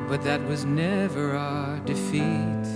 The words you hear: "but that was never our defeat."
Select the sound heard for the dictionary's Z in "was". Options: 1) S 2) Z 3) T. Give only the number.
2